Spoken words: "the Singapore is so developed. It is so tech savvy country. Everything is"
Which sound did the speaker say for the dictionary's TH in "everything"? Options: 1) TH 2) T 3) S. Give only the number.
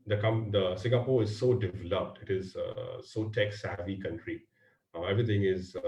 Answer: 2